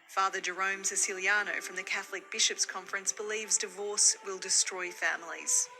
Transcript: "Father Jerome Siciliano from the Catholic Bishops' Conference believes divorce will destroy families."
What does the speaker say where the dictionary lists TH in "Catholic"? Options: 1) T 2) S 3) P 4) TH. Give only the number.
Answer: 4